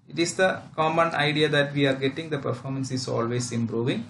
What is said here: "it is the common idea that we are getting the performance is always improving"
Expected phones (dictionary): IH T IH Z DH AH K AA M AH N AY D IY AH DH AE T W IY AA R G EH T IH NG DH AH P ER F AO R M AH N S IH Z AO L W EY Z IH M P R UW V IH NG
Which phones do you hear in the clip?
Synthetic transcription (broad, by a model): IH T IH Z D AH K AA M AH N AY D IY AH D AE T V IY AA R G EH T IH NG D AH P ER F AO R M AH N S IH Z AO L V EY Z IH M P R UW V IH NG